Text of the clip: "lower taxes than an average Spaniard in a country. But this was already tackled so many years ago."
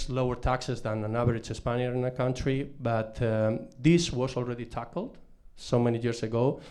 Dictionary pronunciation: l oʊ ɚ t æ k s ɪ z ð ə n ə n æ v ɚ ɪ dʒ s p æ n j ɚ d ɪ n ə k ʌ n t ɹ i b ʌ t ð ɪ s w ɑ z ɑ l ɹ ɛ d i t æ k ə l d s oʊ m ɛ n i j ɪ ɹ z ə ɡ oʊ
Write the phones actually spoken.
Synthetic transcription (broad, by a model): l oʊ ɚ t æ k s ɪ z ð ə n ə n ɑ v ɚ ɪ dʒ s p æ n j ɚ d ɪ n ə k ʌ n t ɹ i b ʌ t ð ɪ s w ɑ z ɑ l ɹ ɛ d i t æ k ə l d s oʊ m ɛ n i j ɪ ɹ s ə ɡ oʊ